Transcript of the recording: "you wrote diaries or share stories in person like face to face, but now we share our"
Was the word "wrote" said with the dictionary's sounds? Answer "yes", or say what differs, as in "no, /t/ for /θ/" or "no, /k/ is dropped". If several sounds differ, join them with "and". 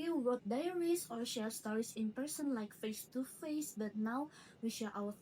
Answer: no, /w/ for /ɹ/